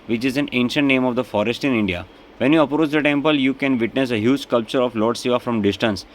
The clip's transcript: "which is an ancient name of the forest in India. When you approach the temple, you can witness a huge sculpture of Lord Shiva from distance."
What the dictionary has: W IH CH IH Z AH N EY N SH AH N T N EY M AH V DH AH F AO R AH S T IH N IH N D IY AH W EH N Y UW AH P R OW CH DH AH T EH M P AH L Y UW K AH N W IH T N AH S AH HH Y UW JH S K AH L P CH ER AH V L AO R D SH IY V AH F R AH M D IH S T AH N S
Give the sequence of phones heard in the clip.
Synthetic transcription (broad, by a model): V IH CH IH Z AH N EY N SH AH N T N EY M AH V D AH F AO R AH S T IH N IH N D IY AH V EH N Y UW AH P R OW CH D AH T EH M P AH L Y UW K AH N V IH T N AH S AH HH Y UW JH S K AH L P CH ER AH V L AO R D S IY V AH F R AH M D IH S T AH N S